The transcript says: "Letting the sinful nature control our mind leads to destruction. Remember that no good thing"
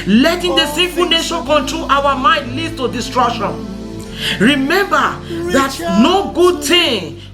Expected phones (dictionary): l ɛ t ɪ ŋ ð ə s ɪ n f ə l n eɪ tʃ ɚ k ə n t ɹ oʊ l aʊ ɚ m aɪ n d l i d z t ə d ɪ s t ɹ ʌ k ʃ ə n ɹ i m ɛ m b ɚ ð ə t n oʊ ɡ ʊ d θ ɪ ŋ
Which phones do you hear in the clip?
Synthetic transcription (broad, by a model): l ɛ t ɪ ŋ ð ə s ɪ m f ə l n eɪ ʃ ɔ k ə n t ɹ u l aʊ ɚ m aɪ n d l i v t ə d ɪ s t ɹ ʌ k ʃ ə n ɹ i m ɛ m b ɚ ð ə t n oʊ ɡ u d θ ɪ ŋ